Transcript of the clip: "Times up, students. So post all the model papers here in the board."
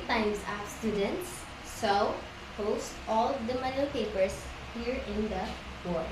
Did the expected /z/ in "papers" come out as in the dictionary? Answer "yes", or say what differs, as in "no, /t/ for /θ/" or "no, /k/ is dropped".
no, /s/ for /z/